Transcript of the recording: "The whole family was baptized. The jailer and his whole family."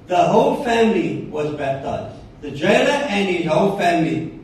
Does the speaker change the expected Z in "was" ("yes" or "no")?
no